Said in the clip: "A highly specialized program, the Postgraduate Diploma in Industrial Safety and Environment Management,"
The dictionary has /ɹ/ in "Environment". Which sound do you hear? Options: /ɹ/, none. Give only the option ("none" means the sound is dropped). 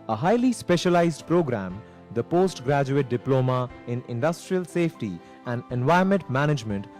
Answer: none